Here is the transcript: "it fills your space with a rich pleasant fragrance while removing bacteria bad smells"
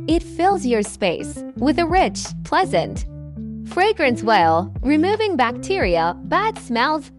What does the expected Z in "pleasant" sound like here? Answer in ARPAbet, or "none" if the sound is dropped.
Z